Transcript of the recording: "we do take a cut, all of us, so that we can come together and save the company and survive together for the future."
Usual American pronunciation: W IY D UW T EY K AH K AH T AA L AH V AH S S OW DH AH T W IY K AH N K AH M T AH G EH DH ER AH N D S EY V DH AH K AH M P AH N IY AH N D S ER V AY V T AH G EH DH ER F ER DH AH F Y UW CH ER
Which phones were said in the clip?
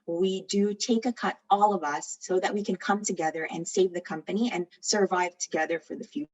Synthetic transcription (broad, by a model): W IY D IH T EY K AH K AH T AA L AH V AH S S OW DH AH T W IY K AH N K AH M T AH G EH DH ER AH N S EY V DH AH K AH M P AH N IY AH N S ER V AY V T AH G EH DH ER F ER DH AH F Y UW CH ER